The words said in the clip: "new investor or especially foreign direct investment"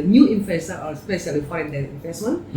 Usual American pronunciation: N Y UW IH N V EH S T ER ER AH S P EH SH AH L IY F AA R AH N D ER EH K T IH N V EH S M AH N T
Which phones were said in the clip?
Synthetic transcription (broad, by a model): N Y UW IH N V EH S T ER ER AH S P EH S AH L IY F AA AH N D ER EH T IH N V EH S M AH N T